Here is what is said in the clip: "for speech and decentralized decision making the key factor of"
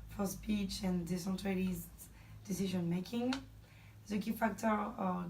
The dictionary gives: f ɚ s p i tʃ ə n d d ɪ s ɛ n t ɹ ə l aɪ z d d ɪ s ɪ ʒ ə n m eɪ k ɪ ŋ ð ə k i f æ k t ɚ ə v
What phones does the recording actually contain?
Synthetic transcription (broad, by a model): f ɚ s p i tʃ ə n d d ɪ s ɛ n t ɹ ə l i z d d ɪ s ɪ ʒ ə n m eɪ k ɪ ŋ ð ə k i f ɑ k t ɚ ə